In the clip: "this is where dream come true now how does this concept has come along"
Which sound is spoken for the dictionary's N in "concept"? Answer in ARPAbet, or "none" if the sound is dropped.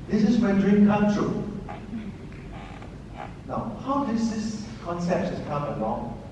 N